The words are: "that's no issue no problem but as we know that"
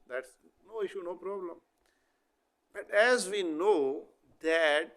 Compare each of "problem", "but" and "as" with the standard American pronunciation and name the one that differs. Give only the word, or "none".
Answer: none